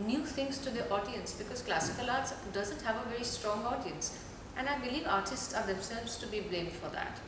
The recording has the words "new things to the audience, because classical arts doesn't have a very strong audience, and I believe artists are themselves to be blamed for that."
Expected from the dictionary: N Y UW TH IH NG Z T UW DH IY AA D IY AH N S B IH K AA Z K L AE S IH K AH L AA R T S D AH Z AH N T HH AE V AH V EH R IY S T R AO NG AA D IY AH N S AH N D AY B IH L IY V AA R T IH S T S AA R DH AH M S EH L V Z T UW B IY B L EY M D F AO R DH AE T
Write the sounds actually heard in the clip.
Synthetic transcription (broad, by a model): N Y UW T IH NG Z T UW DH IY AA D IY AH N S B IH K AA Z K L AE S IH K AH L AA R T S D AH Z AH N T HH AE V AH V EH R IY S T R AO NG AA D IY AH N S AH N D AY B IH L IY V AA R T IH S T S AA R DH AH M S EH L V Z T UW B IY B L EY M D F AO R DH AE T